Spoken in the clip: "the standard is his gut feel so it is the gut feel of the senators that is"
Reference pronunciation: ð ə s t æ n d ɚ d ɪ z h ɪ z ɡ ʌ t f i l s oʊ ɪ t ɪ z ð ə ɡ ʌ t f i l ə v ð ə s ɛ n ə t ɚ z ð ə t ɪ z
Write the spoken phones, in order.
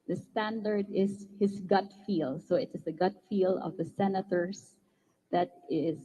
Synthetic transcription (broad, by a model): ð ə s t æ n d ɚ d ɪ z h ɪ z ɡ ʌ t f i l s oʊ ɪ t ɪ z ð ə ɡ ʌ t f i l ə v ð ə s ɛ n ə t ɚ s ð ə t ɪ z